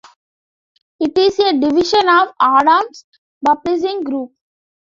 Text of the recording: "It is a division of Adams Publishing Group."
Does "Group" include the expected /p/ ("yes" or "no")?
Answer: yes